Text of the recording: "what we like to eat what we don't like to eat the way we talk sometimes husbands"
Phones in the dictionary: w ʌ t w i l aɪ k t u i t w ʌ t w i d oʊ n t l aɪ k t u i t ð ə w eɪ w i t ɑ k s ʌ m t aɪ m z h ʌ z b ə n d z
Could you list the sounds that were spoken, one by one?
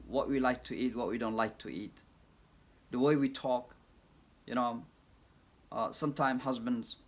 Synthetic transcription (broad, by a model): w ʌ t w i l aɪ k t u i t w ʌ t w i d oʊ n t l aɪ k t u i t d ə w eɪ w i t ɑ k s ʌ m t aɪ m h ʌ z b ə n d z